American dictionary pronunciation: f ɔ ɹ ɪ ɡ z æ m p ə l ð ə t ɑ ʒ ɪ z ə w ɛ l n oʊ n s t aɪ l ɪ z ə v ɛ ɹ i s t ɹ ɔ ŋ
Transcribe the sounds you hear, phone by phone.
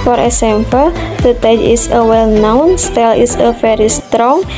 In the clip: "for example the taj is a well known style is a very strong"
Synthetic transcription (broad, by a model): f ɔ ɹ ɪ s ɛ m f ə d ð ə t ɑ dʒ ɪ s ə w ɛ l n oʊ n s t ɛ l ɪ s ə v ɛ ɹ i s t ɹ ɔ ŋ